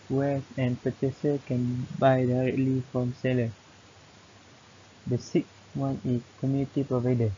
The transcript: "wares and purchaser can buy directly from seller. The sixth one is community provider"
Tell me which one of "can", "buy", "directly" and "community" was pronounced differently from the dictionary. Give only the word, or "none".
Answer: none